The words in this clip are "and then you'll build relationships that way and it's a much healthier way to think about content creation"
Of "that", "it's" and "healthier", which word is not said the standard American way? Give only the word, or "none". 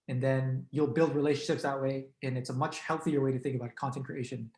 none